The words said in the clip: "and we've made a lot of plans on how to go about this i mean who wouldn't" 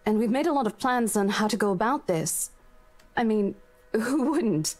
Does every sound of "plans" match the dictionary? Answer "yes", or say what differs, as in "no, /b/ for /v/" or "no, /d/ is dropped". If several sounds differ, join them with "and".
yes